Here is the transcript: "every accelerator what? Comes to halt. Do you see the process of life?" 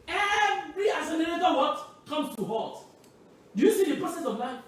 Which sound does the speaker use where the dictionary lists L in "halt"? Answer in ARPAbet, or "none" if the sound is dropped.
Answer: none